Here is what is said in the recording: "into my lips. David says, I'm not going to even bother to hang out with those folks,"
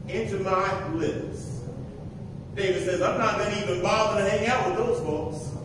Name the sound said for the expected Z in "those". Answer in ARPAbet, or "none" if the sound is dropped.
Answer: Z